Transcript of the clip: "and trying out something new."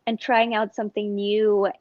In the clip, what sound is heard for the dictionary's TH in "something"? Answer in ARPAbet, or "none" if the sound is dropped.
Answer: TH